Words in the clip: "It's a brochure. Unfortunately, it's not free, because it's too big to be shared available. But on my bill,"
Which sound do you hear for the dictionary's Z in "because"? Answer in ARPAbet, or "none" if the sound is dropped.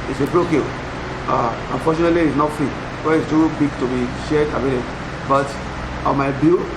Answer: none